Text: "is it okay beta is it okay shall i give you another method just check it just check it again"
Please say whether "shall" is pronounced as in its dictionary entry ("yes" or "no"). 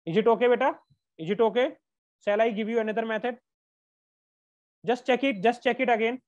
no